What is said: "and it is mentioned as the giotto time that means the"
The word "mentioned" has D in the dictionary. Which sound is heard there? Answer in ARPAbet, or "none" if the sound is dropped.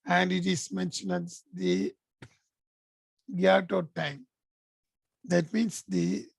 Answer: none